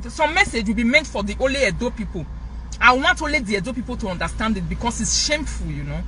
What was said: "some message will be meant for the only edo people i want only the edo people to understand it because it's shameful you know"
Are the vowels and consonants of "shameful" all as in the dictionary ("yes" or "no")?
yes